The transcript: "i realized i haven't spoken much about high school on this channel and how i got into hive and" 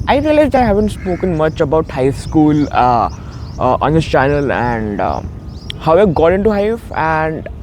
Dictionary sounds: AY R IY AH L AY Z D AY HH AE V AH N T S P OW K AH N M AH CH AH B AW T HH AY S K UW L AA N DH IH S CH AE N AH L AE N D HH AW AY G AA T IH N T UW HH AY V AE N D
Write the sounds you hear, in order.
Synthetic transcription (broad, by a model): AY R IY AH L AY Z D AY HH AE V AH N T S P OW K AH N M AH CH AH B AW T HH AY S K UW L AA N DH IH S CH AE N AH L AE N D HH AW AY G AA T IH N T UW HH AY F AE N D